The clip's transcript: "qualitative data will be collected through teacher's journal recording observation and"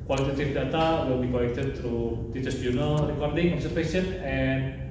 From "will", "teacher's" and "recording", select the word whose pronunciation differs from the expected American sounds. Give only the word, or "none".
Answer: teacher's